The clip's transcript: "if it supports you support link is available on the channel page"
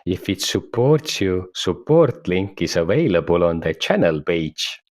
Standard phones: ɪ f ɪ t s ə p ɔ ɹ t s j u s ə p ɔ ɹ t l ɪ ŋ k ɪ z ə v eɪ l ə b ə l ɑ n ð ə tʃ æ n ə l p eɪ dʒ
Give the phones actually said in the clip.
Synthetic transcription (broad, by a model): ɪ f ɪ t s ə p ɔ ɹ t s j u s ə p ɔ ɹ t l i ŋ k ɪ s ə v eɪ l ə b ə l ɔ n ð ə tʃ æ n ə l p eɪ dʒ